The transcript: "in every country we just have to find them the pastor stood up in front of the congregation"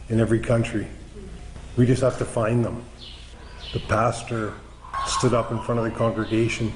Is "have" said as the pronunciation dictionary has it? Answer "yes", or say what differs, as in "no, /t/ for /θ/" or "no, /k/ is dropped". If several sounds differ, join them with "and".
no, /f/ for /v/